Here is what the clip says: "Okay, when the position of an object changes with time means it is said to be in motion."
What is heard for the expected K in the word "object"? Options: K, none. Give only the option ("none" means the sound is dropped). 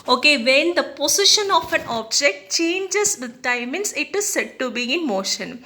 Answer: K